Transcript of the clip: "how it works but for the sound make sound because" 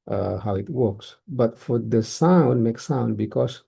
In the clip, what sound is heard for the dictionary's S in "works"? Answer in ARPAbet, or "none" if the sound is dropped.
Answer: S